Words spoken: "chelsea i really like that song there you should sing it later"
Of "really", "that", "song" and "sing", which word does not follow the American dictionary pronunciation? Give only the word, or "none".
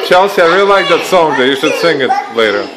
really